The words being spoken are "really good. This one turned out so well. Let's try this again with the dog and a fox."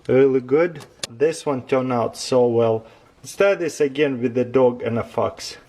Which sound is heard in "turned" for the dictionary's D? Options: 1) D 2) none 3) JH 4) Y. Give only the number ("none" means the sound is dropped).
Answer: 2